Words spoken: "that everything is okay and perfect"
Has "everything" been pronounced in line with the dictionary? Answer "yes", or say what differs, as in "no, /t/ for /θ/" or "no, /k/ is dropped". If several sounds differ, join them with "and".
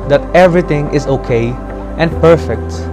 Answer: no, /t/ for /θ/